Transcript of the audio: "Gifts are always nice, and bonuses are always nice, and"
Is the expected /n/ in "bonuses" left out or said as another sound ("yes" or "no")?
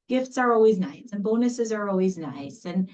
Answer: no